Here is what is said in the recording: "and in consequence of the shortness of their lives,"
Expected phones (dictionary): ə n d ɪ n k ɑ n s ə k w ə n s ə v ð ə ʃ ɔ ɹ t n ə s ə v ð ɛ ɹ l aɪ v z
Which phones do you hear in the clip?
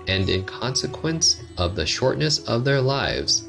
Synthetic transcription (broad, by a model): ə n d ɪ n k ɑ n s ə k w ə n s ə v ð ə ʃ ɔ ɹ t n ə s ə v ð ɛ ɹ l aɪ v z